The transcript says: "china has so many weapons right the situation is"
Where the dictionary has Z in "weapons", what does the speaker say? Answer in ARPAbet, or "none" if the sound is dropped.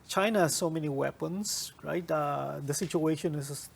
S